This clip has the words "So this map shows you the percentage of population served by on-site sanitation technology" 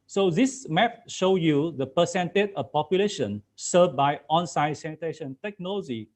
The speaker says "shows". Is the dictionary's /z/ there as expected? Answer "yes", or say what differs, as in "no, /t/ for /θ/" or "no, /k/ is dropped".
no, /z/ is dropped